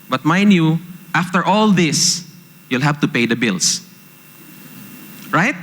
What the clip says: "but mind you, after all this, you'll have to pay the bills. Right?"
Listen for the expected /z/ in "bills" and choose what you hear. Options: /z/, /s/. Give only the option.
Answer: /s/